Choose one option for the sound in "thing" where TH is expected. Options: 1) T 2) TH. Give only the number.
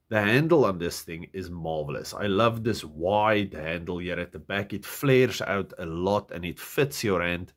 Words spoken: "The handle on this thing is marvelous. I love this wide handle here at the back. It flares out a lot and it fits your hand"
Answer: 2